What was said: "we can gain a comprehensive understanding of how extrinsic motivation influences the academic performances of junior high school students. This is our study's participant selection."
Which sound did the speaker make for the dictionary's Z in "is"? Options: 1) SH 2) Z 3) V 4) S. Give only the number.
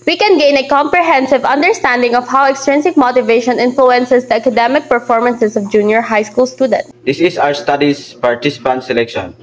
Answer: 4